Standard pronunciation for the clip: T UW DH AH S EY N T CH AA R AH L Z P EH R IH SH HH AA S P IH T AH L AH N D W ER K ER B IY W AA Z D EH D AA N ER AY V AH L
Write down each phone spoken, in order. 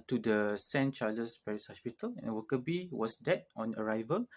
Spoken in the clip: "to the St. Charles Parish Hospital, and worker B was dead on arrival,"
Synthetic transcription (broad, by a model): T UW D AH S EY N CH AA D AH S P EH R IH S HH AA S P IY T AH L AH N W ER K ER B IY W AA S D EH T AA N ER AY V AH L